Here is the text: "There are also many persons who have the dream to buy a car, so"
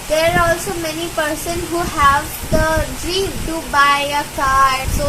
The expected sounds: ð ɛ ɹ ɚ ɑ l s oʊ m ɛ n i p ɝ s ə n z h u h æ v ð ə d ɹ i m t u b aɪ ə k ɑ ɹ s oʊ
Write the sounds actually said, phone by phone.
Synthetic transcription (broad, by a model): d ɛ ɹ ɑ l s oʊ m ɛ n i p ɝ s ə n h u h æ v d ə d ɹ i m t u b aɪ ə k ɑ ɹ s oʊ